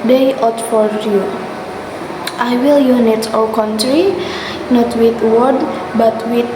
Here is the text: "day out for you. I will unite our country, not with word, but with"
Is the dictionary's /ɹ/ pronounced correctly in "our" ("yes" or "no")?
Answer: no